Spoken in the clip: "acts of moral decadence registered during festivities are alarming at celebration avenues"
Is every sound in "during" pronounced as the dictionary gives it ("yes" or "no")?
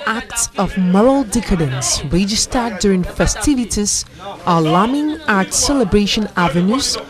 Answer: yes